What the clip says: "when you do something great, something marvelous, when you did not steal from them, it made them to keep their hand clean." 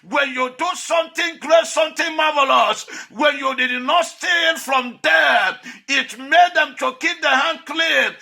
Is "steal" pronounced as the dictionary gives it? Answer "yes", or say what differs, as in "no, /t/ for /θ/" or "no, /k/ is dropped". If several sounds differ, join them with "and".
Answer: no, /n/ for /l/